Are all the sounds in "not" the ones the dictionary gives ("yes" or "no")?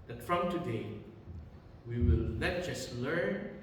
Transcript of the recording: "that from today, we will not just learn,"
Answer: no